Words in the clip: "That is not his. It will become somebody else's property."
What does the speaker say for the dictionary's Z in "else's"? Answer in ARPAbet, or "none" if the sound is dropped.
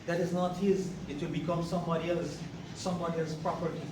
S